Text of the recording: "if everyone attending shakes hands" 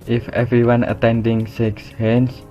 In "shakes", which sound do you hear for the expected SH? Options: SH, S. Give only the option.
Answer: S